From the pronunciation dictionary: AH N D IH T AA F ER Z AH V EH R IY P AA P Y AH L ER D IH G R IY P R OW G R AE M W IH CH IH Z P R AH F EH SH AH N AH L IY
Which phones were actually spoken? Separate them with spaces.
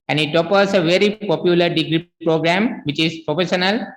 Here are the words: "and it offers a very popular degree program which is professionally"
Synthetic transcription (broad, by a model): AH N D IH T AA P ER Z AH V EH R IY P AA P Y AH L ER D IH G R IY P R OW G R AE M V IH CH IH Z P R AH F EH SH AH N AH L